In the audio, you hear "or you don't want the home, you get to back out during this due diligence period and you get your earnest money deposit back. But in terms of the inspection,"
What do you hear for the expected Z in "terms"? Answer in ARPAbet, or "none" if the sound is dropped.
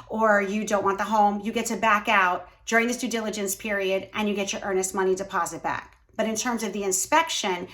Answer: Z